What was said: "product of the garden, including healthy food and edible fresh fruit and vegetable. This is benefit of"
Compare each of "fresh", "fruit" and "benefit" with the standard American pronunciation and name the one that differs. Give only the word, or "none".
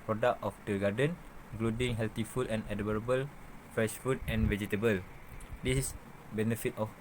fruit